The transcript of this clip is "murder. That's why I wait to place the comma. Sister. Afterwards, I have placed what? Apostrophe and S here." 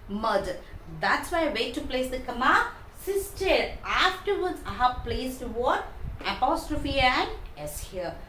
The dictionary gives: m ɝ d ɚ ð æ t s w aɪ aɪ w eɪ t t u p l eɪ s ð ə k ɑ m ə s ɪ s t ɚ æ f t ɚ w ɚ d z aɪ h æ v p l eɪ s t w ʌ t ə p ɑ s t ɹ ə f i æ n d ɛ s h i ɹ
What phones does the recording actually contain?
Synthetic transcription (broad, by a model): m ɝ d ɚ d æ t s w aɪ aɪ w eɪ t t u p l eɪ s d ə k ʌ m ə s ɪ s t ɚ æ f t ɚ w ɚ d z aɪ h æ v p l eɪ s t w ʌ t ə p ɑ s t ɹ ə f i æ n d ɛ s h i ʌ